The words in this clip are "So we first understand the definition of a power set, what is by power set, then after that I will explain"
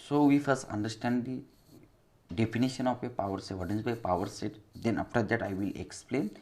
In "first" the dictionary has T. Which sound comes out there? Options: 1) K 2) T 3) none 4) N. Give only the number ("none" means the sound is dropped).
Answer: 3